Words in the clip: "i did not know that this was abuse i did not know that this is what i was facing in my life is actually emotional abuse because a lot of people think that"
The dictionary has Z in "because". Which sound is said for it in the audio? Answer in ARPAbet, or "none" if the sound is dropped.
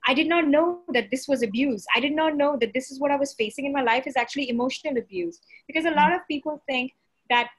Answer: Z